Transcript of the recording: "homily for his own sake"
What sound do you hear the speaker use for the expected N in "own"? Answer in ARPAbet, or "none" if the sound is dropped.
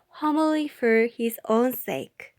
N